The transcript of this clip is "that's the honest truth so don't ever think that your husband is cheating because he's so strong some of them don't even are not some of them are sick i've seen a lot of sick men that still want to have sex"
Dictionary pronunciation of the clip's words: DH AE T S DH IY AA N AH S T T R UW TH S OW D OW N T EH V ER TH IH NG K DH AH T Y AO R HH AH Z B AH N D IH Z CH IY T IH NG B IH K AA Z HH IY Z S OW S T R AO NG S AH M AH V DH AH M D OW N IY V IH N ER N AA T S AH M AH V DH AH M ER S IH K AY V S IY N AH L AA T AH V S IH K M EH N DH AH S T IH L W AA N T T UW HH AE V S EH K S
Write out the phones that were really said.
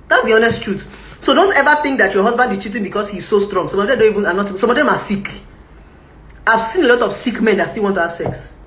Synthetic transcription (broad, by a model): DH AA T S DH IY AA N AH S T T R UW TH S OW D OW N T EH V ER TH IH NG K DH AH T Y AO HH AH Z B AH N D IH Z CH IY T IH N B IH K AA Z HH IY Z S OW S T R AO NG S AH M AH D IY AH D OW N IY V IH N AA N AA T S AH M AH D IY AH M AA S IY K AY V S IY N AH L AA T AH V S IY K M EH N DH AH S T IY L W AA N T T UW HH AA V S EH K S